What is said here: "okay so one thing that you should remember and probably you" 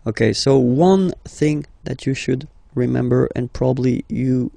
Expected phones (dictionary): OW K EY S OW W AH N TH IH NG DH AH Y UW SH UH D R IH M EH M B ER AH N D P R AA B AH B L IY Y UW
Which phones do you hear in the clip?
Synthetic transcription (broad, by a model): OW K EY S OW W AH N TH IH NG DH AH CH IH SH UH D R IH M EH M B ER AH N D P R AA B AH B L IY Y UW